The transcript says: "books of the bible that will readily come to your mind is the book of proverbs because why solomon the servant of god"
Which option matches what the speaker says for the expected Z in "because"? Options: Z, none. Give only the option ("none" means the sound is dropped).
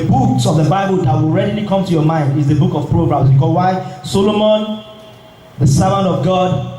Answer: none